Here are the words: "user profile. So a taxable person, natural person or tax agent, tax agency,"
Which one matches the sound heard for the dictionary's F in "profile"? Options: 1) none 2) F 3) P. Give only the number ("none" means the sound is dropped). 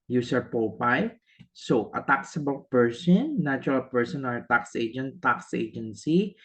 3